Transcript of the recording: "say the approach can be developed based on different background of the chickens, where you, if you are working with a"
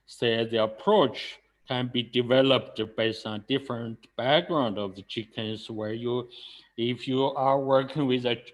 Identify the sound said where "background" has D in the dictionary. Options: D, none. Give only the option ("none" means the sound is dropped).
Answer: D